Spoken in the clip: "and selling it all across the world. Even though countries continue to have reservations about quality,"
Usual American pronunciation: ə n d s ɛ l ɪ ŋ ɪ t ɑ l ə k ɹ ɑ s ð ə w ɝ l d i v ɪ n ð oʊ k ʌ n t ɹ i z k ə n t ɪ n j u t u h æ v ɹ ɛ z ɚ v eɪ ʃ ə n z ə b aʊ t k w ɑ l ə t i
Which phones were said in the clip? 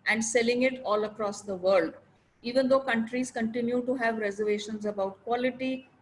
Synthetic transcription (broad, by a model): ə n d s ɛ l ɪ ŋ ɪ t ɑ l ə k ɹ ɑ s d ə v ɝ l d i v ɪ n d oʊ k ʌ n t ɹ i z k ə n t ɪ n j u t u h æ v ɹ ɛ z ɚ v eɪ ʃ ə n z ə b aʊ t k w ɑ l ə t i